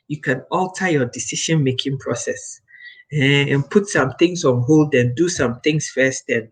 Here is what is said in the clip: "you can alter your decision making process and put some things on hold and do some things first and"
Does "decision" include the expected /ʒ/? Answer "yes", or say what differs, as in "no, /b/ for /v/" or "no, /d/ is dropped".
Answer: no, /ʃ/ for /ʒ/